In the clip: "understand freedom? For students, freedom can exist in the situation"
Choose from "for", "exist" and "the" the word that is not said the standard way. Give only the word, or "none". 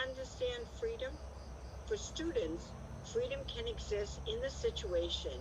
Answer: none